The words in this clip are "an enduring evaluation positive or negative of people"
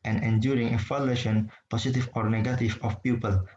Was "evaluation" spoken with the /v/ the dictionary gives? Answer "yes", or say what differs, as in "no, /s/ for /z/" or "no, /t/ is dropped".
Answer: no, /f/ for /v/